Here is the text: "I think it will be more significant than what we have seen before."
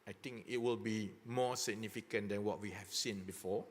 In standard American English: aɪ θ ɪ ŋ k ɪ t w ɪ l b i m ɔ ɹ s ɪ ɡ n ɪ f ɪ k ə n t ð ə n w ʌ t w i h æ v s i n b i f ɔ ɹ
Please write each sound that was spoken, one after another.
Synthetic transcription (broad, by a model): aɪ t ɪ ŋ k ɪ t w ɪ l b i m ɔ s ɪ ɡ n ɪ f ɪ k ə n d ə n w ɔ t w i h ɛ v s i n b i f ɔ